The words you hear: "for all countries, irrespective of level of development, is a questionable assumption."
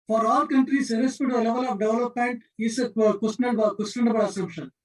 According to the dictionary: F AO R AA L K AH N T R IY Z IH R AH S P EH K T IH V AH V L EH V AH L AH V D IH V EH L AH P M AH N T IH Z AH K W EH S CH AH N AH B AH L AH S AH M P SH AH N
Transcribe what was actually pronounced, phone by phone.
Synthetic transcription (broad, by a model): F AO R AA L K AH N T R IY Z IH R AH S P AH T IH AH L EH V AH L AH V D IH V L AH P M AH N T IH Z AH K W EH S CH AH N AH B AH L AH S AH M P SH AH N